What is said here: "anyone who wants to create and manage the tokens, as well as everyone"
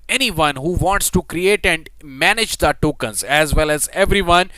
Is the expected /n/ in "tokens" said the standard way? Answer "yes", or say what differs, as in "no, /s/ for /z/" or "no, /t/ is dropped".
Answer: yes